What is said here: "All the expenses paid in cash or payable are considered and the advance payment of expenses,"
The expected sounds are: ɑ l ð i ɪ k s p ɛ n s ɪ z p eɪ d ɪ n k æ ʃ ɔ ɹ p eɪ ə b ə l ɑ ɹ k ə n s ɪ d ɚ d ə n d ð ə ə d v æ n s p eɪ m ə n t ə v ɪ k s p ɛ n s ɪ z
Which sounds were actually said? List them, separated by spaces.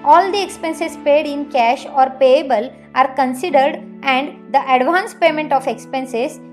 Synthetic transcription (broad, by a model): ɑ l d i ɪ k s p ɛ n s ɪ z p eɪ d ɪ n k æ ʃ ɔ ɹ p eɪ ə b ə l ɑ ɹ k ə n s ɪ d ɚ d ə n d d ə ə d v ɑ n s p eɪ m ə n t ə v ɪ k s p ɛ n s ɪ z